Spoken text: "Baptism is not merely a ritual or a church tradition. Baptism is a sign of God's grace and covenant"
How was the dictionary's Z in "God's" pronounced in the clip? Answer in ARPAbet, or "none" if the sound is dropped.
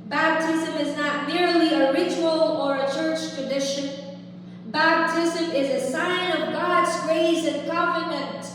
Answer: Z